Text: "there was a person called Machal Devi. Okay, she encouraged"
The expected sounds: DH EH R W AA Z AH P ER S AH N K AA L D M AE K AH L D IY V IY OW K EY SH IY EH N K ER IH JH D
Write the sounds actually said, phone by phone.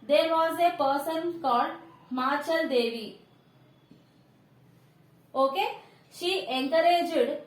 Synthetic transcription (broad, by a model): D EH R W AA Z AH P ER S AH N K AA D M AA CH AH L D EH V IY OW K EY SH IY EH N K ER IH JH D